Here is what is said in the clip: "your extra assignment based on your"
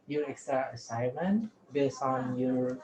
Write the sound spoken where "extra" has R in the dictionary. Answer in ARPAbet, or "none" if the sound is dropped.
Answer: none